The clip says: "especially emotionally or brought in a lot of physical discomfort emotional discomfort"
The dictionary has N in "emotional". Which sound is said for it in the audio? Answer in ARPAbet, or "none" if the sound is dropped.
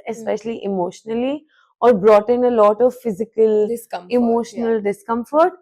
N